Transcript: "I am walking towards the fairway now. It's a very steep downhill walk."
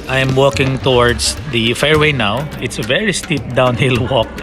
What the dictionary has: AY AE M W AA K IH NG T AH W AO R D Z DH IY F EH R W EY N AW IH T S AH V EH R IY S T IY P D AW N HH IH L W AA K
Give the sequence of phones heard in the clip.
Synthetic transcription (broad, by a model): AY M W AA K IH NG T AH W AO R D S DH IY F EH R W EY N AW IH T S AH V EH R IY S T IY P D AW N HH IH L W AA K